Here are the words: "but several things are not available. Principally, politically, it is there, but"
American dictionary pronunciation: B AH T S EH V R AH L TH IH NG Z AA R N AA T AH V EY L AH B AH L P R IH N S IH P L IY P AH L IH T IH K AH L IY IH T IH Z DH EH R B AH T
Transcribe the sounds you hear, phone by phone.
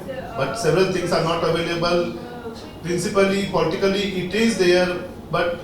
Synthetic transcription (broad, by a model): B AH T S EH V R AH L T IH NG S AA R N AA T AH V EY L AH B AH L P R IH N S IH P L IY P AH L IH T IH K AH L IY IH T IH Z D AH R B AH T